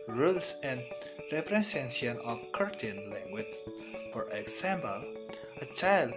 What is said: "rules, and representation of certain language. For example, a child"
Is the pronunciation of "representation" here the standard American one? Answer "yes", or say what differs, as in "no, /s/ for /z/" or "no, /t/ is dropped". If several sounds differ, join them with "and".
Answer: no, /s/ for /z/ and /ʃ/ is dropped